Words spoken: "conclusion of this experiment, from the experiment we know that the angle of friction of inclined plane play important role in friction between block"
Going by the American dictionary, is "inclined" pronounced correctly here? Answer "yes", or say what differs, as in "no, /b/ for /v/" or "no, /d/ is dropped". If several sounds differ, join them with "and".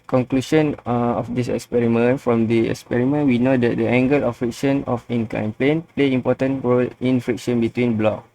no, /l/ is dropped